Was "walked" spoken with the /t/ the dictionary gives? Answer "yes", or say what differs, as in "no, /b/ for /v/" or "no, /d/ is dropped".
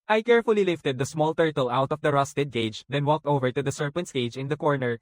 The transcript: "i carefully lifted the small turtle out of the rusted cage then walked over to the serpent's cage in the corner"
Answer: yes